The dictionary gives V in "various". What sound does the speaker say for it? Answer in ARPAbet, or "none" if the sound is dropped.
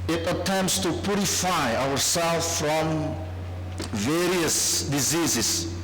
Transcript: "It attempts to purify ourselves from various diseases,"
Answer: V